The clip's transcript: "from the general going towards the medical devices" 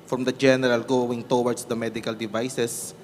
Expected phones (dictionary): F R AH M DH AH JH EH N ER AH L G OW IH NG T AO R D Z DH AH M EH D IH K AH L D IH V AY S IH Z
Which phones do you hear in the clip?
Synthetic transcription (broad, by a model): F R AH M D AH JH EH N ER AH L G OW IH NG T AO W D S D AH M EH D IH K AH L D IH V AY S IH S